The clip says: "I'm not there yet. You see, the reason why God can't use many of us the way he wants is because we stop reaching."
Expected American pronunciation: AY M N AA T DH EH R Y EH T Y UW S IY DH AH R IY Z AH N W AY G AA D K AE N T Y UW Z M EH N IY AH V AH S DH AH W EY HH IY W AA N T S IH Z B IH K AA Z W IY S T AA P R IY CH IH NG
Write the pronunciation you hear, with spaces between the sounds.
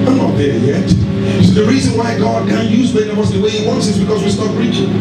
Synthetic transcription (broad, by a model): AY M N AA T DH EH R Y EH T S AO DH AH R IY Z AH N W AY G AA D K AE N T Y UW Z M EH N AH W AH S DH AH W EY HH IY W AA N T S IH Z B IH K AA Z W IY S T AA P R IY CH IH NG